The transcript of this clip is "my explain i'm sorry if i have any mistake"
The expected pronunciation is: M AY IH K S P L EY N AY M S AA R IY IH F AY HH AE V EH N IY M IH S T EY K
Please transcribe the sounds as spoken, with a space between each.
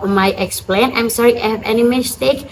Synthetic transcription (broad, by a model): M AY IH K S P L EY N AY M S AA R IY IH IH HH AE V EH N IY M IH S T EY K